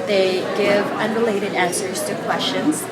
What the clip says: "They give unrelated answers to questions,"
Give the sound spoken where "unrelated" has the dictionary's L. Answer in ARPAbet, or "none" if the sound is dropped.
L